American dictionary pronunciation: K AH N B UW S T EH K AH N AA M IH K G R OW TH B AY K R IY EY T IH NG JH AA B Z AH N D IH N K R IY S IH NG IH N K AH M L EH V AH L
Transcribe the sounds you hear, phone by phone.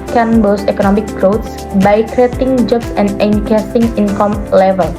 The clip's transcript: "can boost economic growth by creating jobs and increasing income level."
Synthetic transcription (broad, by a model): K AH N B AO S EH K AH N AA M IH K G R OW S B AY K R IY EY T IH NG JH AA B S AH N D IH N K EH S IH NG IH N K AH M L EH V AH L